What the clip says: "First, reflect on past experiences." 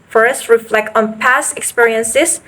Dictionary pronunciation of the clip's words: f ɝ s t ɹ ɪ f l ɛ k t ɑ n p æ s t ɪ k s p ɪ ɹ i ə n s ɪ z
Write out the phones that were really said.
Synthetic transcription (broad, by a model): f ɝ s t ɹ ɪ f l ɛ k t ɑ n p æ s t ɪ k s p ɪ ɹ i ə n s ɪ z